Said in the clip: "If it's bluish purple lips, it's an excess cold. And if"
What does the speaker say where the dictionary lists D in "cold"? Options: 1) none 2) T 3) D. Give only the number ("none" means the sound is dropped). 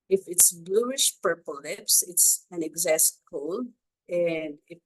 1